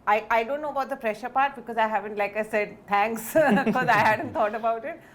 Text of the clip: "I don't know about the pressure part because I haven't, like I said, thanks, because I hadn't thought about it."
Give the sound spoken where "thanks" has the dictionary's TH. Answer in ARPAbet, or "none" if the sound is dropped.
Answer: T